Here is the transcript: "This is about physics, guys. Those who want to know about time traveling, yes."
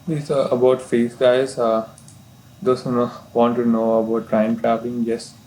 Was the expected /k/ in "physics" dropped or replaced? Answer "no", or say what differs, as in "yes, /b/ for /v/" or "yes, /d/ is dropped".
yes, /k/ is dropped